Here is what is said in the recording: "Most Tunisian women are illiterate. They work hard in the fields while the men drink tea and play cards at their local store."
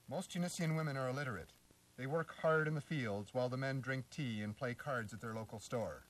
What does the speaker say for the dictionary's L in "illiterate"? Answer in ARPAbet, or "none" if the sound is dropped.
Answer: L